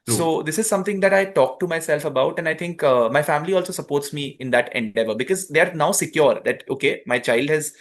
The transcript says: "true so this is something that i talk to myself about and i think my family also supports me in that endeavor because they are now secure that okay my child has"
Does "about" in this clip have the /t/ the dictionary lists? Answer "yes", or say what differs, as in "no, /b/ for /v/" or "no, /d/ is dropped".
yes